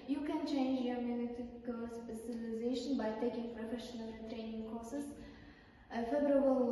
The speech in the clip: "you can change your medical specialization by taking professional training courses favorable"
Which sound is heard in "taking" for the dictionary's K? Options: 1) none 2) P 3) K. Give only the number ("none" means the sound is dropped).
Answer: 3